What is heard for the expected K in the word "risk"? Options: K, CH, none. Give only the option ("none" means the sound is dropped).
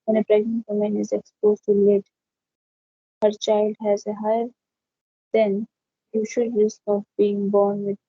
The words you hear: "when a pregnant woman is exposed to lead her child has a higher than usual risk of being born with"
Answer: K